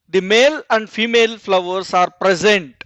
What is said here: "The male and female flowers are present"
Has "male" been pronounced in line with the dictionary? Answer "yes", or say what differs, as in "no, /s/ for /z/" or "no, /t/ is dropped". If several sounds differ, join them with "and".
yes